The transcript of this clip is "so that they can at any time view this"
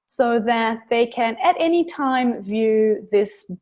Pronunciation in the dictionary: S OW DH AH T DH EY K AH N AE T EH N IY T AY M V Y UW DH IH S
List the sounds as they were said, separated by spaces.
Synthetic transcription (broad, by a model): S OW DH AH T DH EY K AH N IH T EH N IY T AY M V Y UW DH IH S